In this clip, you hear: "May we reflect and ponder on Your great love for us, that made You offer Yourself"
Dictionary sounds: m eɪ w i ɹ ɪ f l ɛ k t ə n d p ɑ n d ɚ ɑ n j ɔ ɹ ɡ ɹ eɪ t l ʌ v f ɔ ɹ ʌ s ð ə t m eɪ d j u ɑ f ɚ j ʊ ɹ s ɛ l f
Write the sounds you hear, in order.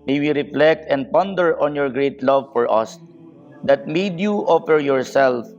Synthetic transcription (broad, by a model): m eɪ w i ɹ ɪ f l ɛ k t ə n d p ɑ n d ɚ ɑ n j ɔ ɹ ɡ ɹ eɪ t l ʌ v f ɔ ɹ ʌ s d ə t m eɪ d j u ɑ f ɚ j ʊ ɹ s ɛ l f